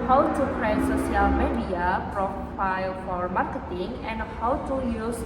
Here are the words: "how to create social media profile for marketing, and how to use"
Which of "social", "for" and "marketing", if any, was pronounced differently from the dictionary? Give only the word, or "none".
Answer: social